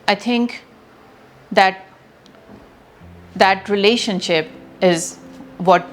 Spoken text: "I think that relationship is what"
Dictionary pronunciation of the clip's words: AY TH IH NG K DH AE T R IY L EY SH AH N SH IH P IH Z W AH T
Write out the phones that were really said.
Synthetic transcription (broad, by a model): AY T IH NG K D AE T R IY L EY SH AH N SH IH P IH Z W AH T